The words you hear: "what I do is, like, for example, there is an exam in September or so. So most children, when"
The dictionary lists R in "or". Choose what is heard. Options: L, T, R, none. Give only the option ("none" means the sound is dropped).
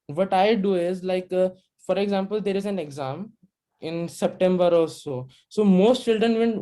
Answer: L